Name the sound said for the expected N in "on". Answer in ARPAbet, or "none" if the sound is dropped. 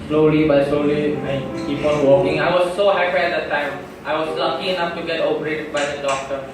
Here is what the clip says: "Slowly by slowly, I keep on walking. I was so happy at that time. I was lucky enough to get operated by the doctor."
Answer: L